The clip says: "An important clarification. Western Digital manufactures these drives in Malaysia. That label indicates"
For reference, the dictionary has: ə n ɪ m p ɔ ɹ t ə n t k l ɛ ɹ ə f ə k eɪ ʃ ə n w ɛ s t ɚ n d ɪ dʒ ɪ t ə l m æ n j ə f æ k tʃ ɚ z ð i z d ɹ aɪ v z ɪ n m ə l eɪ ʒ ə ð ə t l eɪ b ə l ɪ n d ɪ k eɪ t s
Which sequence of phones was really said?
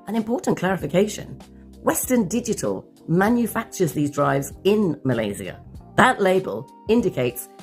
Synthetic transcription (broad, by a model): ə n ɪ m p ɔ ɹ t n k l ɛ ɹ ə f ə k eɪ ʃ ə n w ɛ s t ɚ n d ɪ dʒ ɪ t ə l m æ n j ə f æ k tʃ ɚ z ð i z d ɹ aɪ v z ɪ n m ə l eɪ z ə ð ə t l eɪ b ə l ɪ n d ɪ k eɪ t s